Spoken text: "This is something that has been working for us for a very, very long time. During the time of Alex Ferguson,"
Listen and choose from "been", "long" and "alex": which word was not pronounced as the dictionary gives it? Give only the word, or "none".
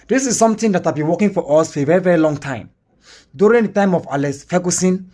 alex